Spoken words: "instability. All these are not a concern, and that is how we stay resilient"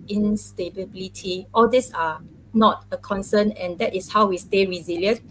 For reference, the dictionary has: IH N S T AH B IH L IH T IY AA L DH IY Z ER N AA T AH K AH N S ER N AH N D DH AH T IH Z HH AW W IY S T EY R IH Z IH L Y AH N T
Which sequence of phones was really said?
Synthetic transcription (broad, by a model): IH N S T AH B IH L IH T IY AA L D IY S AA N AA T AH K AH N S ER N AH N D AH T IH S HH AW W IY S T EY R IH Z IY L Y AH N